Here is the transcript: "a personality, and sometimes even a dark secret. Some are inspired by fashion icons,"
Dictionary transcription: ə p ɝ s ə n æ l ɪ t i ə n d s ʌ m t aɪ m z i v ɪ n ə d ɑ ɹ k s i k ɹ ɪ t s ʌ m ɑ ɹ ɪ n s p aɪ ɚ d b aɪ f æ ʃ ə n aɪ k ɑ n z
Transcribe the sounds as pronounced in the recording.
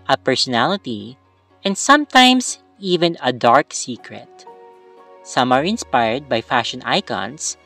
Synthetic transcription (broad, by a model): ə p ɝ s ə n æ l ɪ t i ə n d s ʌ m t aɪ m s i v ɪ n ə d ɑ ɹ k s i k ɹ ɪ t s ʌ m ɑ ɹ ɪ n s p aɪ ɚ d b aɪ f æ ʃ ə n aɪ k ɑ n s